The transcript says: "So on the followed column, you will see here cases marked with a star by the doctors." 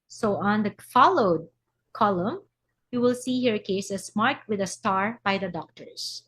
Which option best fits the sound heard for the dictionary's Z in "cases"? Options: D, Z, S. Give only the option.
S